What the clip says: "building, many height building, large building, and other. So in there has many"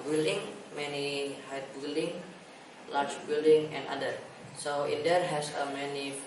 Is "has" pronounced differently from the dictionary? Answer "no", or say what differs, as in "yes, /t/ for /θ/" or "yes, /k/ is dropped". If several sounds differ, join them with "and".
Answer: yes, /s/ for /z/